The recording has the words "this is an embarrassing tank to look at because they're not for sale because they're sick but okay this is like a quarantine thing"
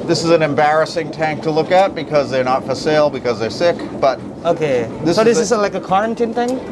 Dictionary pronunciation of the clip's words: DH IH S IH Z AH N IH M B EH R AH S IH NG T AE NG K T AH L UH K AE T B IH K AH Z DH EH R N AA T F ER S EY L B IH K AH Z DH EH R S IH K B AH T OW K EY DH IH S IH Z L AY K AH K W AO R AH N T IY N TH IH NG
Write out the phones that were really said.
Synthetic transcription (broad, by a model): DH IH S IH Z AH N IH M B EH R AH S IH NG T AE NG K T AH L UH K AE T B IH K AH Z DH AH R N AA T F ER S EY L B IH K AH Z DH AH R S IH K B AH T OW K EY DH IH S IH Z L AY K AH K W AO R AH N T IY N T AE NG